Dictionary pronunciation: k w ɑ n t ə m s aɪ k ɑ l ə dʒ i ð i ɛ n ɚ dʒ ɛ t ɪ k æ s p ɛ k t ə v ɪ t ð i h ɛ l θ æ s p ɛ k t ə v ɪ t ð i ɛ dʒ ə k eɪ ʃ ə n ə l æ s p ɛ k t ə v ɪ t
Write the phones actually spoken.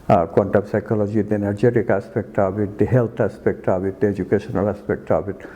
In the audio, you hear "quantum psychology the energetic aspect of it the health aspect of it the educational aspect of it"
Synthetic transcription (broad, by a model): k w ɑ n t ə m s aɪ k ɑ l ə dʒ i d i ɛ n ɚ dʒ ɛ t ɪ k æ s p ɛ k t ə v ɪ t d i h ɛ l t æ s p ɛ k t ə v ɪ t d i ɛ dʒ ə k eɪ ʃ ə n ə l æ s p ɛ k t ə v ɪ t